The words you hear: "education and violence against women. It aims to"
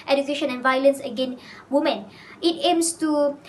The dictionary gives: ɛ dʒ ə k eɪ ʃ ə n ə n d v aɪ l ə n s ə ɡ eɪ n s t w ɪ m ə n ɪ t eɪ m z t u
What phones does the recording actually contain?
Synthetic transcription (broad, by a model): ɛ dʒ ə k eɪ ʃ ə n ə n v aɪ l ə n s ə ɡ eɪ n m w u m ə n ɪ t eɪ m s t u